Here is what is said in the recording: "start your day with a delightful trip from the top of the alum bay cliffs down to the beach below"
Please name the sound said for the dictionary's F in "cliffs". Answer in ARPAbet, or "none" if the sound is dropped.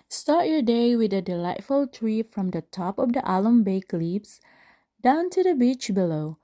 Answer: P